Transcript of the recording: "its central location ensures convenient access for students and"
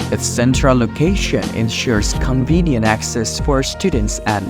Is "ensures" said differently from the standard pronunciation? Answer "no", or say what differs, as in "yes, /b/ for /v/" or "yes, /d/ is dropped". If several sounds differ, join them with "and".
no